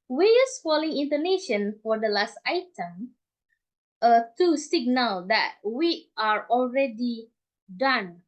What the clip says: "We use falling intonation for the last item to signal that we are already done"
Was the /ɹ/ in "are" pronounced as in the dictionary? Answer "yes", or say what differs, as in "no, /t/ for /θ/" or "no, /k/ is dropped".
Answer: yes